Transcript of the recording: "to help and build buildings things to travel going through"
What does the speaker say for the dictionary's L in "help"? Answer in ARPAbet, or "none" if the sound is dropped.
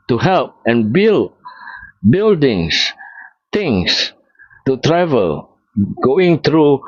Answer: L